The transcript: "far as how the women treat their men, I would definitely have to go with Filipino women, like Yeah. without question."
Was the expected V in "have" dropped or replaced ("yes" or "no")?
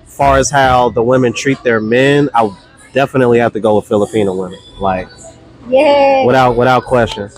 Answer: yes